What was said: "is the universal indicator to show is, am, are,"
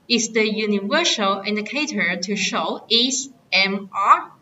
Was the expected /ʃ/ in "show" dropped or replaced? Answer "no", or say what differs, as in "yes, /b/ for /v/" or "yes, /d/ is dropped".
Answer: no